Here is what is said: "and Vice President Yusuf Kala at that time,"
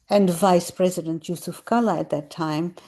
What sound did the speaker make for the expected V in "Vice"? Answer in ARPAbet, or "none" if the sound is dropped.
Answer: V